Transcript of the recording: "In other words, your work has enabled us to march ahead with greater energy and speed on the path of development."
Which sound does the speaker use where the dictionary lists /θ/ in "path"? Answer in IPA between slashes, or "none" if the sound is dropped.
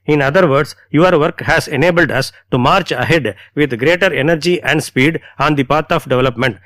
/t/